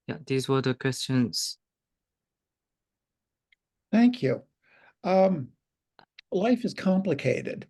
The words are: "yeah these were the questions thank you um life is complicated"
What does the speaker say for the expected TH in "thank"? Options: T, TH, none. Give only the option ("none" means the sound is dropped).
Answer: TH